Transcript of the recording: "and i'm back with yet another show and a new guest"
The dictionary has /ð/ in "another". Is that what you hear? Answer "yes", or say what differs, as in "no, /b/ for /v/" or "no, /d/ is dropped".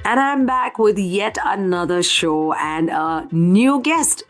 yes